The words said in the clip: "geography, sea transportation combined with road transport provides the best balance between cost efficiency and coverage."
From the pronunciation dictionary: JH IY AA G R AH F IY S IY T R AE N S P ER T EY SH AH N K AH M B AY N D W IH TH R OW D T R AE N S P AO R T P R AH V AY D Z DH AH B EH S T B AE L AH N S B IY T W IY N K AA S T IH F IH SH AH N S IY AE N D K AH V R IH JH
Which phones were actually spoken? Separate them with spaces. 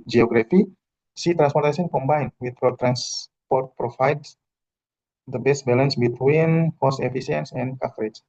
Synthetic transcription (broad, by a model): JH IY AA G R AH F IY S IY T R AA N S P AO T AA S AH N K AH M B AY N W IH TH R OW T R AE N S P AO R T P R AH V AY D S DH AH B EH S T B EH L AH N S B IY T W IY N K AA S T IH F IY S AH N S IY N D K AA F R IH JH